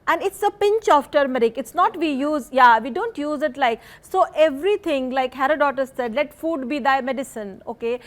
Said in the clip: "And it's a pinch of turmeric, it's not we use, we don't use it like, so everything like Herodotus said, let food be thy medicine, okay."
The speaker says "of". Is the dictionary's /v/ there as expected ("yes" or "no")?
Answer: no